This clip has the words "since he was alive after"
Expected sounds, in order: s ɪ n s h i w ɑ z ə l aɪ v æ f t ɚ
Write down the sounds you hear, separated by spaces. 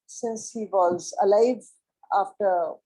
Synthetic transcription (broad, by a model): s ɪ n s h i w ɑ z ə l aɪ v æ f t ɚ